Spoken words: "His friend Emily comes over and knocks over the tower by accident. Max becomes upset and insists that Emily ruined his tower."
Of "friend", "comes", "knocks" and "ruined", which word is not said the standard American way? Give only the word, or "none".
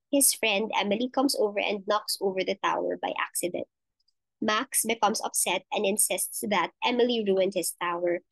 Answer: comes